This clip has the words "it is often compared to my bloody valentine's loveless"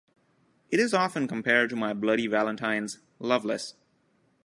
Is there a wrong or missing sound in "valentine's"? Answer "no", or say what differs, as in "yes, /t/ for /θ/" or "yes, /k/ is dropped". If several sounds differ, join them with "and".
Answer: no